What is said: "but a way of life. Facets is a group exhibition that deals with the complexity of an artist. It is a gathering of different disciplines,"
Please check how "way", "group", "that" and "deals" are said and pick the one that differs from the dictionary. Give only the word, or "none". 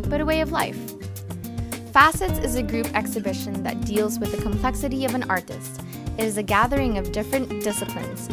none